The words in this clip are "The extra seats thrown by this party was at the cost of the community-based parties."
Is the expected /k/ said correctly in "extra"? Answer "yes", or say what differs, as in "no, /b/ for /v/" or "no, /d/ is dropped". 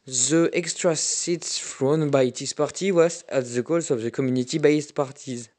yes